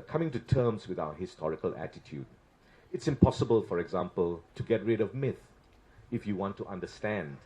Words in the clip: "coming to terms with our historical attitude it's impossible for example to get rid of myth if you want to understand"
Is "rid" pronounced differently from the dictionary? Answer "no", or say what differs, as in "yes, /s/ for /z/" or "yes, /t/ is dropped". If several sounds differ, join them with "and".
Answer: no